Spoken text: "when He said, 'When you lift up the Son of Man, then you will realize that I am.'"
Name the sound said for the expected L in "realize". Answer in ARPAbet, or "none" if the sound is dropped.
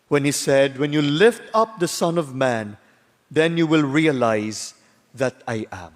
L